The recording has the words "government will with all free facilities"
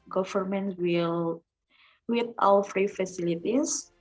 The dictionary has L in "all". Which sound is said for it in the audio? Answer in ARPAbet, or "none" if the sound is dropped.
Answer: W